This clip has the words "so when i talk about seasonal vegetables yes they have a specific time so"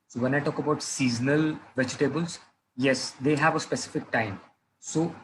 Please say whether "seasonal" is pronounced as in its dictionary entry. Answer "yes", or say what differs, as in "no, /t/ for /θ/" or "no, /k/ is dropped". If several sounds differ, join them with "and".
yes